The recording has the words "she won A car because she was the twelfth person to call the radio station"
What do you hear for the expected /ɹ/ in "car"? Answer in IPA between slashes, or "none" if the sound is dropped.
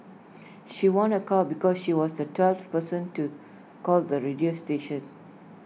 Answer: /l/